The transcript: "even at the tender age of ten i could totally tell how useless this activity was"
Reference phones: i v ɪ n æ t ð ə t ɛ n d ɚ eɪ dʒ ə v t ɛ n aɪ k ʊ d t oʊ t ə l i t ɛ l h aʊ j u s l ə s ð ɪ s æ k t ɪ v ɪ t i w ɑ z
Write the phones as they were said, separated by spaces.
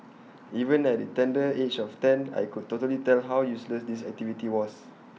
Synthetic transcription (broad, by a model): i v ɪ n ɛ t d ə t ɛ n d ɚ eɪ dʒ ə f t ɛ n aɪ k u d t oʊ t ə l i t ɛ l h aʊ j u s l ə s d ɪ s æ k t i v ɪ t i w ɑ s